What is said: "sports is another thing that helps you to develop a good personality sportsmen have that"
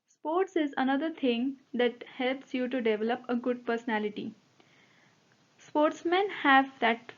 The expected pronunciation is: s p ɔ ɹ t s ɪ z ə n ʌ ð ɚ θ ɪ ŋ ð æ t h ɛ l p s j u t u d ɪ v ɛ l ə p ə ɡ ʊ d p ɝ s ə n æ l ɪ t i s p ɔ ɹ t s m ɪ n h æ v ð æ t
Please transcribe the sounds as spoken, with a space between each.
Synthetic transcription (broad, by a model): s p ɔ ɹ t s ɪ z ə n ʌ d ɚ t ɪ ŋ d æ t h ɛ l p s j u t u d ɪ v ɛ l ə p ə ɡ ʊ d p ɝ s ə n æ l ɪ t i s p ɔ ɹ t s m ɪ n h æ v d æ t